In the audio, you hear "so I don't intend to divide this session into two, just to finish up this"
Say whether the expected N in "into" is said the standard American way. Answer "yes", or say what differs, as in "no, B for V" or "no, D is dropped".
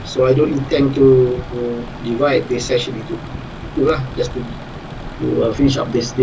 no, N is dropped